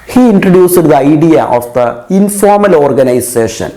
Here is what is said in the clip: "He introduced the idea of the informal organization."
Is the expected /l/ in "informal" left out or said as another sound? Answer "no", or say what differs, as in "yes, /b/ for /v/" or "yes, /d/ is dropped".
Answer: no